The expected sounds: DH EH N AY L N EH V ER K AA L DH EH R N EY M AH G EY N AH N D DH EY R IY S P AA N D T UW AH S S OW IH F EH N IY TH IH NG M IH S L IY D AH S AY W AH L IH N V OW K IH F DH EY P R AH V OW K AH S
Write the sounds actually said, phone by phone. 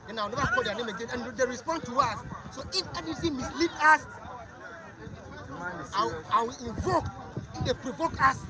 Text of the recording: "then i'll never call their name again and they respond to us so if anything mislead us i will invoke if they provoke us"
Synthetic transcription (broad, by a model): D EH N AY W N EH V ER K AA L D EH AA N EY M AH G EY N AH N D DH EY R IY S P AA N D T UW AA S S OW IH F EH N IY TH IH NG M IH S L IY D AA S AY W AH L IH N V OW K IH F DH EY P R AH V OW K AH S